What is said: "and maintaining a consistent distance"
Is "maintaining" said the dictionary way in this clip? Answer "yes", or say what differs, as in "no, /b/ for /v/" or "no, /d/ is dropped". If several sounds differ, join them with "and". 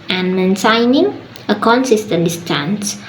no, /s/ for /t/